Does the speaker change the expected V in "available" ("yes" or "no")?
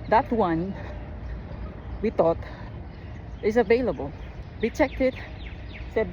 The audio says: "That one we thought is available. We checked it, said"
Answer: no